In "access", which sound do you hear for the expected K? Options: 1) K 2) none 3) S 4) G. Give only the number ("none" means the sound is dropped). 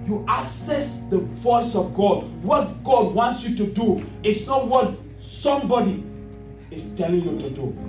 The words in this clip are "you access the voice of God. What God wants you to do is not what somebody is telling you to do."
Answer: 2